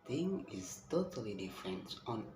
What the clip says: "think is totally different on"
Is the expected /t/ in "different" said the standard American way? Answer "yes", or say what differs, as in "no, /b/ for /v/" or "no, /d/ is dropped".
yes